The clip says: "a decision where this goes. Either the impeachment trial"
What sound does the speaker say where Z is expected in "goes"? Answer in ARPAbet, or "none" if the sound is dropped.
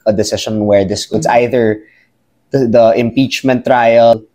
S